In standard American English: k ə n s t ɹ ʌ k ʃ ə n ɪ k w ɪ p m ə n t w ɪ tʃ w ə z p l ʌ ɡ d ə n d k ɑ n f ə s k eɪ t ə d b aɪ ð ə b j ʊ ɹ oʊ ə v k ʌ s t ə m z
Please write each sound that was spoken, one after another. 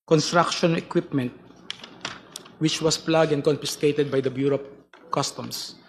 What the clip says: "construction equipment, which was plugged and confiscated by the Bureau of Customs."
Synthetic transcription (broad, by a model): k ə n s t ɹ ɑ k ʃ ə n ɪ k w ɪ p m ə n t w ɪ tʃ w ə s p l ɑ ɡ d ə n d k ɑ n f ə s k eɪ t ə d b aɪ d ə b j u ɹ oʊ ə p k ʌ s t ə m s